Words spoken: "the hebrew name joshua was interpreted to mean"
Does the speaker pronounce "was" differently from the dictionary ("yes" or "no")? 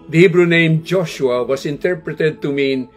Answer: yes